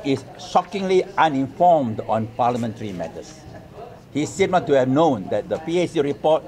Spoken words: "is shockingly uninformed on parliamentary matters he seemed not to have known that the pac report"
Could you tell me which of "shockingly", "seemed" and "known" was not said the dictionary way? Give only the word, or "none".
seemed